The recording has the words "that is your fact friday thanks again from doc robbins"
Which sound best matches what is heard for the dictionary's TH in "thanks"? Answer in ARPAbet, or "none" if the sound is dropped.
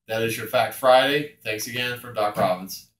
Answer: TH